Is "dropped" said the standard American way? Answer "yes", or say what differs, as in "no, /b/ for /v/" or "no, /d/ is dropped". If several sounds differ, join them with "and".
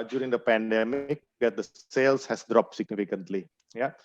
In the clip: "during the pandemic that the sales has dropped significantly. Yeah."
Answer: yes